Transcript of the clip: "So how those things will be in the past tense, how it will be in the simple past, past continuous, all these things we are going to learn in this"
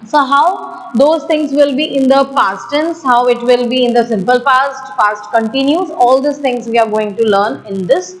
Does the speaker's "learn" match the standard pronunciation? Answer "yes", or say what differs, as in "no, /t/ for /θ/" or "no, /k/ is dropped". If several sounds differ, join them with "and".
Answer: yes